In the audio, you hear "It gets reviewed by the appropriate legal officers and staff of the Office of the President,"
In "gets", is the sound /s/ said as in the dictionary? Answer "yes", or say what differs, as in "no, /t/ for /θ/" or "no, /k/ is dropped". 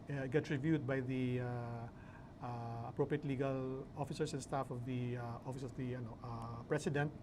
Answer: no, /s/ is dropped